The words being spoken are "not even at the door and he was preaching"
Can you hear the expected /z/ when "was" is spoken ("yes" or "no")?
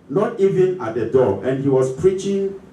no